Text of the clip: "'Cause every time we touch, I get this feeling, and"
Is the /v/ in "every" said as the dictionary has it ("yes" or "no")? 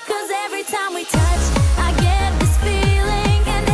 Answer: yes